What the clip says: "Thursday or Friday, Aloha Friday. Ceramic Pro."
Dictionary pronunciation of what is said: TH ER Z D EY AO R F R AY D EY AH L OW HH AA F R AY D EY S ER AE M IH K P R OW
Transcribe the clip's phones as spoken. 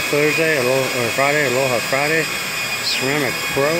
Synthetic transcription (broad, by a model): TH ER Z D EY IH L F R AY D EY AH L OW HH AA F R AY D EY S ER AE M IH K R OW